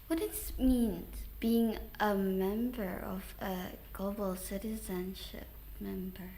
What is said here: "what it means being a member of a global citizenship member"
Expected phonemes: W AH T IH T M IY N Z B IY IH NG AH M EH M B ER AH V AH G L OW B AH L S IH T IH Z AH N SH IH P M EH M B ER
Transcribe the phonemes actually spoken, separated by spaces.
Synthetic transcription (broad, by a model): W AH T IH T M IY N B IY IH NG AH M EH M B ER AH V AH G L OW B AH L S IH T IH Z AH N SH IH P M EH M B ER